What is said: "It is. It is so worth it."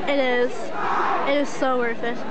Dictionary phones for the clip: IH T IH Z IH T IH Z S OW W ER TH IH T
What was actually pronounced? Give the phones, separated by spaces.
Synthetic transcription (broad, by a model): IH T IH Z IH T IH Z S OW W ER F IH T